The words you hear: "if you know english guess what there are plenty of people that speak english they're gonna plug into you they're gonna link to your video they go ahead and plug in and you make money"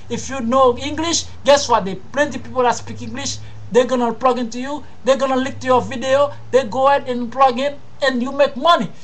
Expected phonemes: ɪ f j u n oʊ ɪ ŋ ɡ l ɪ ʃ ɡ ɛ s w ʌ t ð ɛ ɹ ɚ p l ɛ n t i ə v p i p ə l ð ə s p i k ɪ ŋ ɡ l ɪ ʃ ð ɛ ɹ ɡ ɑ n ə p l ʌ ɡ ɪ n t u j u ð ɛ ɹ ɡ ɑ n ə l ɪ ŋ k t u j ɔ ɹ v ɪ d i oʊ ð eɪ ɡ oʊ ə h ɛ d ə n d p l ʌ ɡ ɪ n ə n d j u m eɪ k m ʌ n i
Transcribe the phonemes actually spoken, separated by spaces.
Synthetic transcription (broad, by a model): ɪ f j u n oʊ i ŋ ɡ l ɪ ʃ ɡ ɛ s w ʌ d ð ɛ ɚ p l ɛ n t i p i p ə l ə s p i k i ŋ ɡ l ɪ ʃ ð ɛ ɡ ɑ n ə p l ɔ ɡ ɪ n t u j u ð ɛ ɡ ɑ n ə l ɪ k t u j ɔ v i d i oʊ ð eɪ ɡ oʊ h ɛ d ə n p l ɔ ɡ ɪ n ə n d j u m eɪ k m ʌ n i